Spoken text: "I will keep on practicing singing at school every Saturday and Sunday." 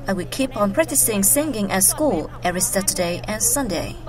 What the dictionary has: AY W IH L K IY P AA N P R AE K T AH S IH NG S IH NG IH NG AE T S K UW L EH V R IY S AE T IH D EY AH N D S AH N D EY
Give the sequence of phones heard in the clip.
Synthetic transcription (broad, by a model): AY W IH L K IY P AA N P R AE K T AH S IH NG S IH NG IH NG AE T S K UW L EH R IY S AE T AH D EY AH N S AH N D EY